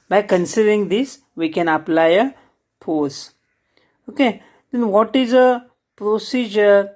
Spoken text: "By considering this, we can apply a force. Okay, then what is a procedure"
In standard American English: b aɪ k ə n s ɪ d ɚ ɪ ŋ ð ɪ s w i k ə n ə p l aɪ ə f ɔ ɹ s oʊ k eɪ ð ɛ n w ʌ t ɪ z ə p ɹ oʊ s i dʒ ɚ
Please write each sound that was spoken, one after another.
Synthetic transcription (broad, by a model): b aɪ k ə n s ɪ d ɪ ŋ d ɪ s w i k ə n ə p l aɪ ə p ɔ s oʊ k eɪ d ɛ n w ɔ t ɪ z ə p ɹ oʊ s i dʒ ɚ